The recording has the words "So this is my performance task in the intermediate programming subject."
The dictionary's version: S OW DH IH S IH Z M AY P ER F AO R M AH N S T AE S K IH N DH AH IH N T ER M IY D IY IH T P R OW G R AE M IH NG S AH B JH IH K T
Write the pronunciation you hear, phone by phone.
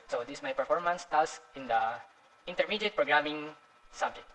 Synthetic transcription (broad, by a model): S OW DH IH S M AY P ER F AO R M AH N S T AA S IH N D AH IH N T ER M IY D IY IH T P R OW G R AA M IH NG S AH B JH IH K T